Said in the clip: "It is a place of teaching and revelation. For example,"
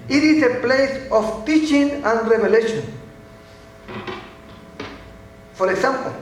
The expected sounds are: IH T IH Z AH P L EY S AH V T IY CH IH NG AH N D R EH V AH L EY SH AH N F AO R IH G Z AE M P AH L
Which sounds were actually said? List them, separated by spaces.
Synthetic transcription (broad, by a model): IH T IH S AH P L EY S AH F T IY CH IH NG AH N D R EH B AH L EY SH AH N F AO R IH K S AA M P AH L